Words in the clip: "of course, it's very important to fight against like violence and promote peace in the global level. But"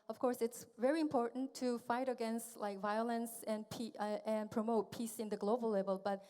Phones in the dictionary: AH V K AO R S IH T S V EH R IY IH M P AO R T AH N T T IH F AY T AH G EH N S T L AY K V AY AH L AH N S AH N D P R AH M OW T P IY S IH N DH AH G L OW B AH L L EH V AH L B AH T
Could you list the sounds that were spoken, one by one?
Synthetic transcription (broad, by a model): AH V K AO R S IH T S V EH R IY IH M P AO R T N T T IH F AY T AH G EH N S T L AY K V AY AH L AH N S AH N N P R AH M OW T P IY S IH N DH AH G L OW B AH L L EH V AH L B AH T